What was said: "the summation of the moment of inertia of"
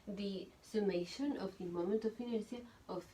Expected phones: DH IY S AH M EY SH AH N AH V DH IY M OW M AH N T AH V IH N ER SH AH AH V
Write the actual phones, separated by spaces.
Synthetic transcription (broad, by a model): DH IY S AH M EY SH AH N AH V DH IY M OW M AH N T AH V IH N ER S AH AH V